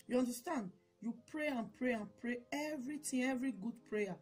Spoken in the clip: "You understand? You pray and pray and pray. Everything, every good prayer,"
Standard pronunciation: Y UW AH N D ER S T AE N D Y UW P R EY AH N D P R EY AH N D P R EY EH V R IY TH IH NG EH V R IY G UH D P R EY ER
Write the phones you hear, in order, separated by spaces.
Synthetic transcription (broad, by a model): Y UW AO N D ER S T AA N D Y UW P R EY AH N P R EY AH N P R EY EH V R IY T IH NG EH V R IY G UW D P R EY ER